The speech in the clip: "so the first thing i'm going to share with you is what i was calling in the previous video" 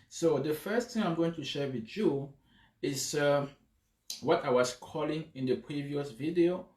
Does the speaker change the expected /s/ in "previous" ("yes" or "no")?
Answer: no